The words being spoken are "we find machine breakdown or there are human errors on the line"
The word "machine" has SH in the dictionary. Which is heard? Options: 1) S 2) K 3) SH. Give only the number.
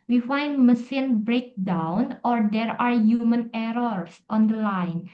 1